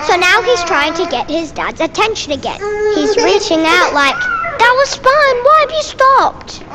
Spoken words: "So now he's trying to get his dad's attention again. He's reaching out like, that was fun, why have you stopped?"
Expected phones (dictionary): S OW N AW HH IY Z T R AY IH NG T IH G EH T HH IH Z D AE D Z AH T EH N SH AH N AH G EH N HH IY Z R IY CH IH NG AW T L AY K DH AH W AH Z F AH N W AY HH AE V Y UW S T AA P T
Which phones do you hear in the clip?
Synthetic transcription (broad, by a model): S OW N AW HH IY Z T R AY IH NG T IH G EH T HH IH Z D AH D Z AH T EH N SH AH N AH G EH N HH IY Z R IY CH IH NG AW T L AY K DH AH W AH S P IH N W AY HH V Y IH S T AA P T